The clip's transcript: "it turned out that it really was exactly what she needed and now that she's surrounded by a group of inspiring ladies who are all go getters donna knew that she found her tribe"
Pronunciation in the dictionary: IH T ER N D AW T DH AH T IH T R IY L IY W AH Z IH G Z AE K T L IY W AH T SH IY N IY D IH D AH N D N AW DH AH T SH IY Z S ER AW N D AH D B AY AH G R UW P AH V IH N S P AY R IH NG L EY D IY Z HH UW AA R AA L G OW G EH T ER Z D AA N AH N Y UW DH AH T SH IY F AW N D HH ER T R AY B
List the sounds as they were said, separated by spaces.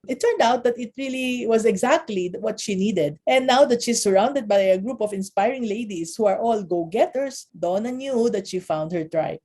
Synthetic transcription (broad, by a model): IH T ER N D AW T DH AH T IH T R IY L IY W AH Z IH G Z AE K T L IY W AH T SH IY N IY D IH D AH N N AW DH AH T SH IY S ER AW N D AH D B AY AH G R UW P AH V IH N S P AY R IH NG L EY D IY S HH UW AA R AA L G OW G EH T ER S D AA N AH N Y UW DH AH T SH IY F AW N D HH ER T R AY